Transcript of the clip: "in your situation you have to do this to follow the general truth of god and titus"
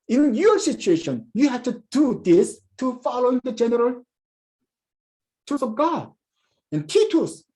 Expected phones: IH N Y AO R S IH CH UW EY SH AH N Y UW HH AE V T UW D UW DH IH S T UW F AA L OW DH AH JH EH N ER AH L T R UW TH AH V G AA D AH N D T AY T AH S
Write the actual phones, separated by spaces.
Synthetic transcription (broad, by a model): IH N Y AO R S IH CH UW EY SH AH N Y UW HH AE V T UW D UW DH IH S T UW F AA L OW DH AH JH EH N ER AH L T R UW S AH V G AA D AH N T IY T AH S